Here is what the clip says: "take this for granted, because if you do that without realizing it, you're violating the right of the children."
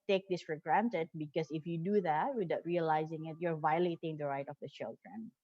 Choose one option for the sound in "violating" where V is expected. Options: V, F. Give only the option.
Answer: V